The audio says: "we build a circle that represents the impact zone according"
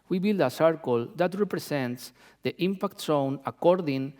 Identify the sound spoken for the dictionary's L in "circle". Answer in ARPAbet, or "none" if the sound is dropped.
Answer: L